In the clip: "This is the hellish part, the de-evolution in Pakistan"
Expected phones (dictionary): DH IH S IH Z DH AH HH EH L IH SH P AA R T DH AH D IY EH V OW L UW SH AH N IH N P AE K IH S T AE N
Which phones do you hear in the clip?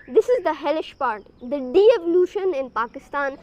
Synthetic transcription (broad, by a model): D IH S IH Z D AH HH EH L IH SH P AA R T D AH D IY EH V OW L UW SH AH N IH N P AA K IH S T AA N